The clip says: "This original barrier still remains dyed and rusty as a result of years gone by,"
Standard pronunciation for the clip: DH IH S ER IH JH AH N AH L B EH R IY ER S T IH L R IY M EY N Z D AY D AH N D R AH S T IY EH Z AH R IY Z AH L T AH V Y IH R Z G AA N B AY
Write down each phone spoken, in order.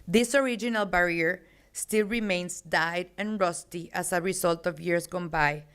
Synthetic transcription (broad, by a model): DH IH S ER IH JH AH N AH L B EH R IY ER S T IH L R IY M EY N S D AY D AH N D R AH S T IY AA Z AH R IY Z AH L T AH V Y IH R S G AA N B AY